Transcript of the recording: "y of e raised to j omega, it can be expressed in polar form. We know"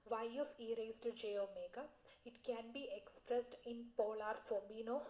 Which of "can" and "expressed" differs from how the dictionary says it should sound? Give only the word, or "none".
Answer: none